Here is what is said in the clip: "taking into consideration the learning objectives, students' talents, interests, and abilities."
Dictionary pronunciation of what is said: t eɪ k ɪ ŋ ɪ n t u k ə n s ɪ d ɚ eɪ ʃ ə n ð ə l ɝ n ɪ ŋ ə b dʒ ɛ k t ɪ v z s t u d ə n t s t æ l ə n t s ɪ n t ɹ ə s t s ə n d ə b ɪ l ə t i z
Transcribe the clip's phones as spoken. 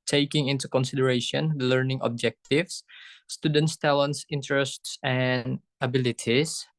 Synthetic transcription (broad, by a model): t eɪ k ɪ ŋ ɪ n t u k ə n s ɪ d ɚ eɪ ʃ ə n l ɝ n ɪ ŋ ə b dʒ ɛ k t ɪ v s t u d ə n t s t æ l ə n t s ɪ n t ɹ ə s t s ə n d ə b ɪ l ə t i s